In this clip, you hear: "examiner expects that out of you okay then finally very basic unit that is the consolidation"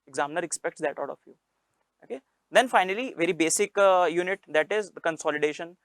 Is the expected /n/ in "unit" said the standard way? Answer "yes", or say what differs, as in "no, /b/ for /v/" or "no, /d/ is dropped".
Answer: yes